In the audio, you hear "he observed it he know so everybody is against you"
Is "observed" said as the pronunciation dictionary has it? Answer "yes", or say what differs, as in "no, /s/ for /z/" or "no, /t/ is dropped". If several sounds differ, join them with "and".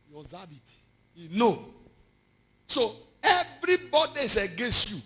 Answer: no, /b/ is dropped